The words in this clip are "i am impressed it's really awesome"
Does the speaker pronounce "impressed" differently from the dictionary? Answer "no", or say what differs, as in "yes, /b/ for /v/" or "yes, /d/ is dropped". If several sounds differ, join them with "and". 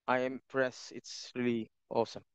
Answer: yes, /t/ is dropped